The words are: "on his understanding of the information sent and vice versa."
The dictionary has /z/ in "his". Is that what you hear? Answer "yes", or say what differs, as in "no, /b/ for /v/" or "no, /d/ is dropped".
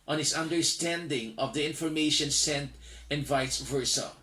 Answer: no, /s/ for /z/